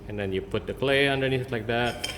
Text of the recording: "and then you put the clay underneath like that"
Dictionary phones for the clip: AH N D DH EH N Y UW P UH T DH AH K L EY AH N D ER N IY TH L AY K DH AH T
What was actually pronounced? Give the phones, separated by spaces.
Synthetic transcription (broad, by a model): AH N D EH N Y UW P UH T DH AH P L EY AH N D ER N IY S L AY K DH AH T